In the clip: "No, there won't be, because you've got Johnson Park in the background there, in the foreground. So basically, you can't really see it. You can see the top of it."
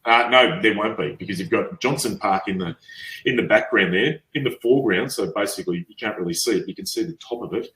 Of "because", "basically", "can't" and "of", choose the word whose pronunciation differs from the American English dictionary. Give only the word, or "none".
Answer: none